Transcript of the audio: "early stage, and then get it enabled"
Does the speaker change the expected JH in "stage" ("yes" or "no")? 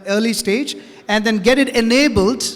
no